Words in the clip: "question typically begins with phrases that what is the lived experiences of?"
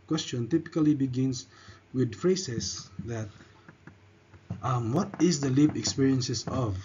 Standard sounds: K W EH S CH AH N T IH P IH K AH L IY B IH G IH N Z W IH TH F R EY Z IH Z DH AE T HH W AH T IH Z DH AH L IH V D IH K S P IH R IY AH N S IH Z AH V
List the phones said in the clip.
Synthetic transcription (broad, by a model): K W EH S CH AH N T IH P IH K AH L IY B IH G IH N S W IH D F R EY S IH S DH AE T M W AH T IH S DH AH L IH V IH K S P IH R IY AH N S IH S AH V